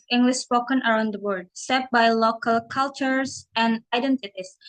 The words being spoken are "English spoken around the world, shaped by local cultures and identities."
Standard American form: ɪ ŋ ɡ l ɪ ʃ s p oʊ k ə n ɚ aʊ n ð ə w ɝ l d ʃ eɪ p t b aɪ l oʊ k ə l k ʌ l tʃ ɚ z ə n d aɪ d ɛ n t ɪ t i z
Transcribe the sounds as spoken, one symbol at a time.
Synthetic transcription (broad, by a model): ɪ ŋ ɡ l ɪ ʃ s p oʊ k ə n ɚ aʊ n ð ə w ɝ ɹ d s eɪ t b aɪ l oʊ k ə l k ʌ l tʃ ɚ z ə n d aɪ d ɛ n t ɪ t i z